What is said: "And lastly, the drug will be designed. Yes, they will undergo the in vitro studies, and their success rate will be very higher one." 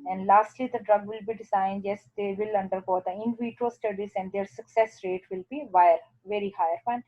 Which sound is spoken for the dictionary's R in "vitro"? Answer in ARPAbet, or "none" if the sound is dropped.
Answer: none